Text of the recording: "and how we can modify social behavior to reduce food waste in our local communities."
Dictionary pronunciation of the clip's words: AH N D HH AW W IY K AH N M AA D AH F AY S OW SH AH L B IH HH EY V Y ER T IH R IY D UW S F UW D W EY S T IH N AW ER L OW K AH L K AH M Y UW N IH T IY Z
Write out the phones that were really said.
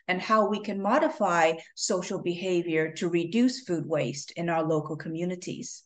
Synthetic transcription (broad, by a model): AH N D HH AW W IY K AH N M AA D AH F AY S OW SH L B IH HH EY V Y ER T IH R IY D UW S F UW D W EY S T IH N AW ER L OW K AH L K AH M Y UW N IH T IY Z